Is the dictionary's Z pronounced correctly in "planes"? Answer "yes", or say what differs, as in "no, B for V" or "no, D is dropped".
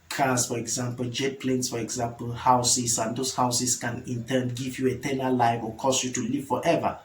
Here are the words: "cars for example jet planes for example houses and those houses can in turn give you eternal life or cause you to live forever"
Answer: no, S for Z